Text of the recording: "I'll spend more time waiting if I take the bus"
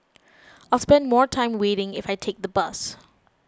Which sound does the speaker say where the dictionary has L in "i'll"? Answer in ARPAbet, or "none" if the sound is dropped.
L